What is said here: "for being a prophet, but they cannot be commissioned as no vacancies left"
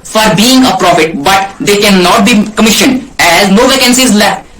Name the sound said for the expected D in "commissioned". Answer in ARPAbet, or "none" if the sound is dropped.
D